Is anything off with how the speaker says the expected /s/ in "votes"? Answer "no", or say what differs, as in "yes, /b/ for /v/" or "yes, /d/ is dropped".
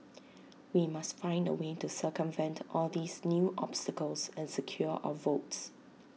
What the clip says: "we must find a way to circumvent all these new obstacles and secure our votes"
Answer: no